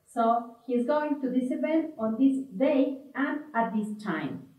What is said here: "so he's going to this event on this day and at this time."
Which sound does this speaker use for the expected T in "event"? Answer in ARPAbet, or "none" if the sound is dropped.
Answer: none